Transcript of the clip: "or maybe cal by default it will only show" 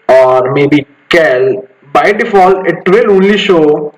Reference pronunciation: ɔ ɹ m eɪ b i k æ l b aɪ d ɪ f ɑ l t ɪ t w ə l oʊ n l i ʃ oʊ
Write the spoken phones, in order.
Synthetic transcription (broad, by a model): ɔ ɹ m eɪ b i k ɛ l b aɪ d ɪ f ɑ l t ɪ t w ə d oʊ l i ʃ oʊ